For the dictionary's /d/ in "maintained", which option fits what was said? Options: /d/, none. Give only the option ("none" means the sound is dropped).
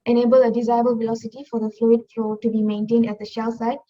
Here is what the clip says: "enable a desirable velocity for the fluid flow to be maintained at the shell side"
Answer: /d/